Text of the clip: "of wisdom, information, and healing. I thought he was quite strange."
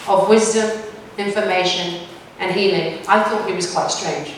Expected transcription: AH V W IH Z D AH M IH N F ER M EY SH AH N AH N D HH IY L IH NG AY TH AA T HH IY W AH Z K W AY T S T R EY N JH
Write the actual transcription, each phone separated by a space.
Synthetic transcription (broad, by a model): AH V W IH Z D AH M IH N F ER M EY SH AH N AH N HH IY L IH NG AY TH AA T HH IY W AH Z K W AY T S T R EY N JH